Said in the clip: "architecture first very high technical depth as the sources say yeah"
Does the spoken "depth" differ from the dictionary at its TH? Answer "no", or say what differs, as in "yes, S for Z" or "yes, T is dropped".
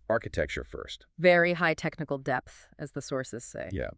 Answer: no